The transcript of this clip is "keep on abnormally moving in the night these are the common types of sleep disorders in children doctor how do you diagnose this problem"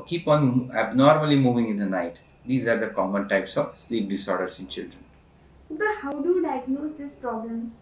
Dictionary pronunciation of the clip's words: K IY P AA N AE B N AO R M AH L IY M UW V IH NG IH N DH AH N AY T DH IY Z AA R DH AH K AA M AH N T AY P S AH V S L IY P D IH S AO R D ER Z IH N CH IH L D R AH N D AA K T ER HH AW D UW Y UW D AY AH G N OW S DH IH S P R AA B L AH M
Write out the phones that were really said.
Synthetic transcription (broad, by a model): K IY P AA N AE B N AO R M AH L IY M UW V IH NG IH N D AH N AY T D IY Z AA R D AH K AA M AH N T AY P S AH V S L IY P D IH S AO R D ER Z IH N CH IH L D R AH N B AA T HH AW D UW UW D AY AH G N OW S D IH S P R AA B L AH M